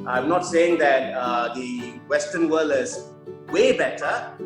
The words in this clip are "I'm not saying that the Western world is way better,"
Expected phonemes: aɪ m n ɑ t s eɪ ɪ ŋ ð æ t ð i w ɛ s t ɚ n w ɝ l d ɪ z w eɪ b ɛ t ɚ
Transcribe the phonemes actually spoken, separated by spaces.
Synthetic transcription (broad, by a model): aɪ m n ɑ t s eɪ ɪ ŋ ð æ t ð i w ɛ s t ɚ n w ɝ l ɪ z w eɪ b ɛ t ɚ